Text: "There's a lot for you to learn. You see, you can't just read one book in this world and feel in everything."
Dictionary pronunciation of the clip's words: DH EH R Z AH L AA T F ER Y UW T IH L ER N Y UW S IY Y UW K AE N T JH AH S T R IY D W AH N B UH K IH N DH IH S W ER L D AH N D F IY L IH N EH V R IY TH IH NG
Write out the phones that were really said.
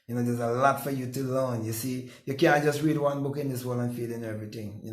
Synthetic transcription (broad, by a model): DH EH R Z AH L AA T F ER Y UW T IH L ER N Y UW S IY Y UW K AE N T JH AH S T R IY D W AH N B UH K IH N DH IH S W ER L AH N F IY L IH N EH V R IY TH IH NG